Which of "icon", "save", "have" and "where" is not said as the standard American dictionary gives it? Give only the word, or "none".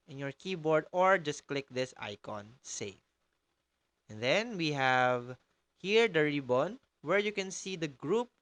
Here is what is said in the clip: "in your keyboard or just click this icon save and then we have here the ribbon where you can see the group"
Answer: save